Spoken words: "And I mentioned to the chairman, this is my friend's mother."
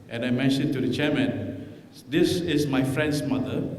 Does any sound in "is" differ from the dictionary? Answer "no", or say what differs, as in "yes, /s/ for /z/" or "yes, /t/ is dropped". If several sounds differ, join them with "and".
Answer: yes, /s/ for /z/